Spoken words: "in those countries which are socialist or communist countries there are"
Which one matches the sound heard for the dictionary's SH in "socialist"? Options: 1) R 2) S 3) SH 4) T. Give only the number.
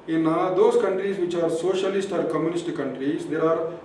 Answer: 3